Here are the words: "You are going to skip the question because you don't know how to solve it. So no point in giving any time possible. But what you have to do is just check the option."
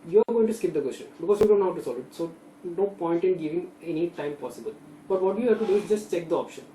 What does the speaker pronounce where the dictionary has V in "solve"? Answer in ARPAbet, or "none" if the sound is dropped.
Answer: none